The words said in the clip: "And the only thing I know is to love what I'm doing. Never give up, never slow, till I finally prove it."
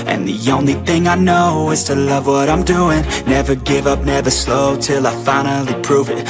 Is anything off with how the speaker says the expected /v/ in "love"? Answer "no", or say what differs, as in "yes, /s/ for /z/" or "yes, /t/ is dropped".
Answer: no